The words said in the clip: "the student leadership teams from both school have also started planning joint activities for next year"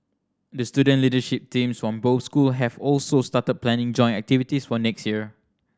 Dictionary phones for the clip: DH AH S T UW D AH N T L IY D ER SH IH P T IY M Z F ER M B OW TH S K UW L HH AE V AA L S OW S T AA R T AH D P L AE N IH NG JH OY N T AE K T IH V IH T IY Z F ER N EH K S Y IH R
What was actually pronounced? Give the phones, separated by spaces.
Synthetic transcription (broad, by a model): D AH S T UW D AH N L IY D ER SH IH P T IY M S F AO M B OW S K UW L HH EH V AA L S OW S T AA T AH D P L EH N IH NG JH OY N AE K T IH V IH T IY S F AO N EH K S Y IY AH